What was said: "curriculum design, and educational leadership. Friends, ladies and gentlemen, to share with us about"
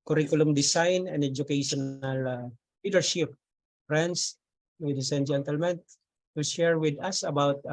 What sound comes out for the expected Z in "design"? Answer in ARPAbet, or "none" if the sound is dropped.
S